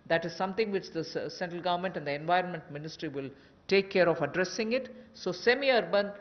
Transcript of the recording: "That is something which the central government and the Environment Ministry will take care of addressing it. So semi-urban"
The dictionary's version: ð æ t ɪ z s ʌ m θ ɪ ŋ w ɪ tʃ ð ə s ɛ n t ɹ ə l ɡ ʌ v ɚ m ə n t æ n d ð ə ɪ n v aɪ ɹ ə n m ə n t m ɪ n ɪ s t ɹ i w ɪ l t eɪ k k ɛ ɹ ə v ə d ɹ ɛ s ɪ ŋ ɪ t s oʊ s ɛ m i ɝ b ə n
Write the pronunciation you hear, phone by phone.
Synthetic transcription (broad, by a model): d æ t ɪ z s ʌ m t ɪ ŋ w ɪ tʃ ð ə s ɛ n t ɹ ə l ɡ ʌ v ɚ m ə n t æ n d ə ɪ n v aɪ ɹ ə n m ə n t m ɪ n ɪ s t ɹ i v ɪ l t eɪ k k ɛ ɹ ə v ə d ɹ ɛ s ɪ ŋ ɪ t s oʊ s ɛ m i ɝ b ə n